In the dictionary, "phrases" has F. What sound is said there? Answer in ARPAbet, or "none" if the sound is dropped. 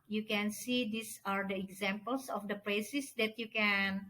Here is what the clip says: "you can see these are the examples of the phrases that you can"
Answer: P